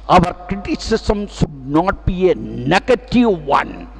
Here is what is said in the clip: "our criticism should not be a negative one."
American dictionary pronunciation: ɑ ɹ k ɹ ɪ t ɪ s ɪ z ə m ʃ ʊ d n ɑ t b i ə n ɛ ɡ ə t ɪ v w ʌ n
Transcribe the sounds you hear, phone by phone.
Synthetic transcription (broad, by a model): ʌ ɹ k ɹ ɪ t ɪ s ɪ s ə m ʃ ʊ d n ɑ t b i ə n ɛ ɡ ə t ɪ v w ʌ n